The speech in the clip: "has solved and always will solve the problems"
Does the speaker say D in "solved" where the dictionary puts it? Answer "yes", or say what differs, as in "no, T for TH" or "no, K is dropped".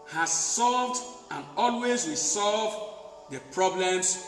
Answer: yes